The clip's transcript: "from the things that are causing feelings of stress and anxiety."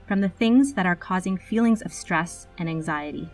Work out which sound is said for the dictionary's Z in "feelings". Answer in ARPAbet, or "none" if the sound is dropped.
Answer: Z